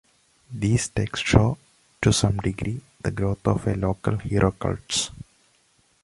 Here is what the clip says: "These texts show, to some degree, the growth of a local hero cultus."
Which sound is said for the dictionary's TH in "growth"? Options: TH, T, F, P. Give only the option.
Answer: T